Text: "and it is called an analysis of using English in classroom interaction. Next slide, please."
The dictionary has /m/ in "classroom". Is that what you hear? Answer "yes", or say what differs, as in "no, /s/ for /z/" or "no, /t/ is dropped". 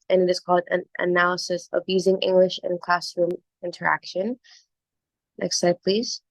yes